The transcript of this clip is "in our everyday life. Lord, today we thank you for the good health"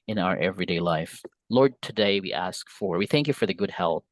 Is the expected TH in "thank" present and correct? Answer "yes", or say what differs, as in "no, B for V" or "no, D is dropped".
yes